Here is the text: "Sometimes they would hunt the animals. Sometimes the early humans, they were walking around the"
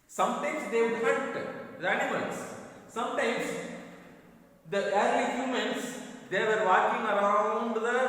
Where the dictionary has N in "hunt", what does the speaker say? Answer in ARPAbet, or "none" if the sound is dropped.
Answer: none